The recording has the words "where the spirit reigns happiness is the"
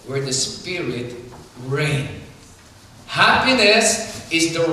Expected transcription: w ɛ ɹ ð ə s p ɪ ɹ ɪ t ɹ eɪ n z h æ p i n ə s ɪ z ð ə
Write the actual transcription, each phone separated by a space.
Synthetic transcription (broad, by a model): w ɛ ɹ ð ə s p ɪ ɹ ɪ t ɹ eɪ n h æ p i n ə s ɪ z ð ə